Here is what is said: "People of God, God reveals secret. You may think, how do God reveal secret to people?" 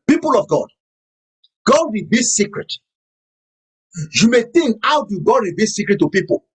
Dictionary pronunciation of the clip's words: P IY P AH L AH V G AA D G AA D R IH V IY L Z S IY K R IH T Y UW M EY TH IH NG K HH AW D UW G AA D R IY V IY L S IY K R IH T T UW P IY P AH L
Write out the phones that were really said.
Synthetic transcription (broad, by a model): P IY P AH L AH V G AA D G AA D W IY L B S IY K R IH T Y UW M EY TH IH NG K HH AW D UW G AA D W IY B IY S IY K R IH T T UW P IY P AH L